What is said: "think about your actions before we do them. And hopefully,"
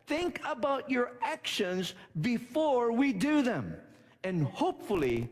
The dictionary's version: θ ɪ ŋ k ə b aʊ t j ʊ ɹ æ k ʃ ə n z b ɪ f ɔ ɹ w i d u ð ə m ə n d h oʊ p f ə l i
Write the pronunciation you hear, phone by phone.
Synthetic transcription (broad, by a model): θ ɪ ŋ k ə b aʊ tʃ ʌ ɹ æ k ʃ ə n z b ɪ f ɔ ɹ w i d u ð ə m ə n h oʊ p f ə l i